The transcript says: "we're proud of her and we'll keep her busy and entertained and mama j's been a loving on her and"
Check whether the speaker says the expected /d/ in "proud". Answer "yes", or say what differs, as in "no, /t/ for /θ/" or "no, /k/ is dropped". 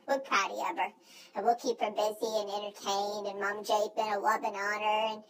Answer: no, /d/ is dropped